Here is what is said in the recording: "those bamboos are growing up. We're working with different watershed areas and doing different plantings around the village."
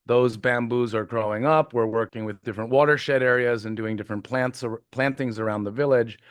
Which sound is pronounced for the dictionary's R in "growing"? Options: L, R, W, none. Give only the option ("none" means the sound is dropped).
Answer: R